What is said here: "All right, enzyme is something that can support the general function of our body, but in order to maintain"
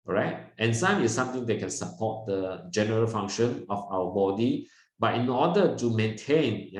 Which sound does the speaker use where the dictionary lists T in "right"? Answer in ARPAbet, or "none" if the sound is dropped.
T